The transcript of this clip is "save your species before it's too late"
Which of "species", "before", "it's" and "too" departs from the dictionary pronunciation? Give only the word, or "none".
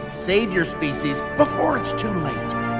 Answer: none